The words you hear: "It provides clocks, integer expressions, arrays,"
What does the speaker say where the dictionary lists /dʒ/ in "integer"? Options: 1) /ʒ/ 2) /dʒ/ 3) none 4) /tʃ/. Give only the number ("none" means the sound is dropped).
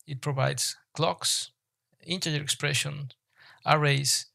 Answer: 3